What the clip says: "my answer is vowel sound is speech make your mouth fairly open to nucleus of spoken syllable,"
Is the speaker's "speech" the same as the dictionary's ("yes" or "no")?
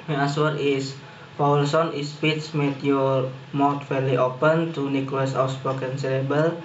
no